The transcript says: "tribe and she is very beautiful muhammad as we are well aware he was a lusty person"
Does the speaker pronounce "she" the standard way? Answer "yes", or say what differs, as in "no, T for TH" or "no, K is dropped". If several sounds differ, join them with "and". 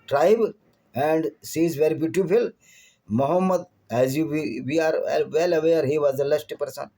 no, S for SH